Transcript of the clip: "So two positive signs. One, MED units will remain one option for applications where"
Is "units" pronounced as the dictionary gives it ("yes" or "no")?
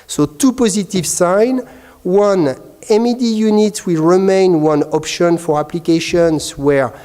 no